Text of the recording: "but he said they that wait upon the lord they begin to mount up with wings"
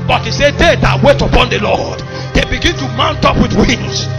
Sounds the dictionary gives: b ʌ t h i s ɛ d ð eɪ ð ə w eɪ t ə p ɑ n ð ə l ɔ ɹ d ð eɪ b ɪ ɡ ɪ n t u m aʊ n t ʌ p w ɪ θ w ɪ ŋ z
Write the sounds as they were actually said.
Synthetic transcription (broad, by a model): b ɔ t h i s ɛ d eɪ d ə w eɪ t ə p ɑ n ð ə l ɔ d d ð eɪ b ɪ ɡ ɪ n t u m aʊ n t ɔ p w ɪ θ w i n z